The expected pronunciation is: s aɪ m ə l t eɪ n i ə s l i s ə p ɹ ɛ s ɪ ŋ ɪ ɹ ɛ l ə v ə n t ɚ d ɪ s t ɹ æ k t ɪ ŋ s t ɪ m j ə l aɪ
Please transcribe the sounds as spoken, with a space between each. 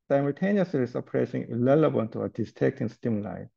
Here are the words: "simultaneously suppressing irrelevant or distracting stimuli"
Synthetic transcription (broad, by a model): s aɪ m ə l t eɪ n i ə s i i s ə p ɹ ɛ s ɪ ŋ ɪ l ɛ l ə b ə l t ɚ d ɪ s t ɛ k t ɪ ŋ s t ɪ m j l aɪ